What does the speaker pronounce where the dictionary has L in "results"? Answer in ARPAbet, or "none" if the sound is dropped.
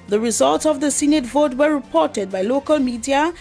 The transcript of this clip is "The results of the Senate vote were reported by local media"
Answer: L